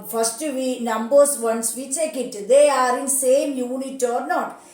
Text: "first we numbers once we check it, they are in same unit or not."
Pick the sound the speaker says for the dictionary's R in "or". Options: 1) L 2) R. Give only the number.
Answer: 2